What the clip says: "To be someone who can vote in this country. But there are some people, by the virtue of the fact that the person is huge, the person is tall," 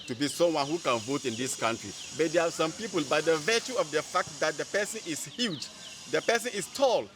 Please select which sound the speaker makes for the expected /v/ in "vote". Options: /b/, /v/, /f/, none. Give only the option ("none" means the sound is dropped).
/v/